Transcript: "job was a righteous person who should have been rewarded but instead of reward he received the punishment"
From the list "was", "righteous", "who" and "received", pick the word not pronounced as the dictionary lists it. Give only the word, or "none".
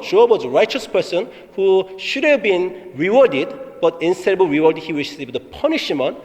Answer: received